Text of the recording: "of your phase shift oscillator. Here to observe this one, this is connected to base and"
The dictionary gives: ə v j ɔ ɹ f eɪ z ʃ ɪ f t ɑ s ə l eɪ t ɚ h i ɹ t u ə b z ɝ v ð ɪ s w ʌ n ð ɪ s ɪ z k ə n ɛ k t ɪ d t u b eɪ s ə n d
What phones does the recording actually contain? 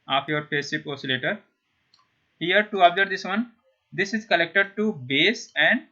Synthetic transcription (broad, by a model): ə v j ɔ ɹ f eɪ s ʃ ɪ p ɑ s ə l eɪ t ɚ h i ɹ t u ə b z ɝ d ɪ s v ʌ n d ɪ s ɪ z k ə l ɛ k t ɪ d t u b eɪ s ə n d